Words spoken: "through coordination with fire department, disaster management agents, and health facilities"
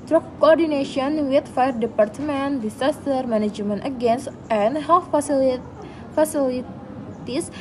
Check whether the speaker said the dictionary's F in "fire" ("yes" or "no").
yes